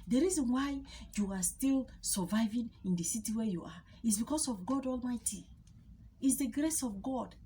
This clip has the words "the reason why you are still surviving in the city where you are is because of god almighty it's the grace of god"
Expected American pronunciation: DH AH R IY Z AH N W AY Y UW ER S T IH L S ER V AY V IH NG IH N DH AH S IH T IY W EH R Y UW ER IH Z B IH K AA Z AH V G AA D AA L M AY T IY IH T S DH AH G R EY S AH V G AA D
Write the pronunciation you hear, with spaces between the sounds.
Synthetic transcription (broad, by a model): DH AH R IY Z AH N W AY Y UW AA S T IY L S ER V AY V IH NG IH N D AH S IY T IY W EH Y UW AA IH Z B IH K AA S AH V G AA D AA L M AY T IY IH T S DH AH G R EY S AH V G AA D